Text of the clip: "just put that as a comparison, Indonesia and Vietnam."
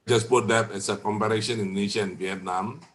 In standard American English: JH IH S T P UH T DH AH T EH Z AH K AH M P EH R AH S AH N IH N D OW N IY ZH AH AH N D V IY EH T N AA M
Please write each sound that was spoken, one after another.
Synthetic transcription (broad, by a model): JH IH S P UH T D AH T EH S AH K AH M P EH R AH SH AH N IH N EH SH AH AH N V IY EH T N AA M